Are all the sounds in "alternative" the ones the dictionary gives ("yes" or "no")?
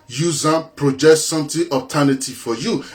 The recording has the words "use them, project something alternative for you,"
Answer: no